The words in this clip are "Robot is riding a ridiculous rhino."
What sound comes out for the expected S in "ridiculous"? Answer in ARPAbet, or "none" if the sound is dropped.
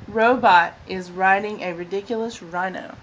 S